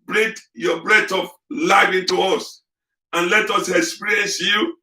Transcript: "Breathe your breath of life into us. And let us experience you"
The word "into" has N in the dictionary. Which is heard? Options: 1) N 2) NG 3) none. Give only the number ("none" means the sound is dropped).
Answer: 1